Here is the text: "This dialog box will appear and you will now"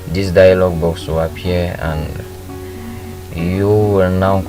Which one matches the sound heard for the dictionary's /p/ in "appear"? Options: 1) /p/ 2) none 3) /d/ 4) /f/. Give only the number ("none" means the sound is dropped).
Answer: 2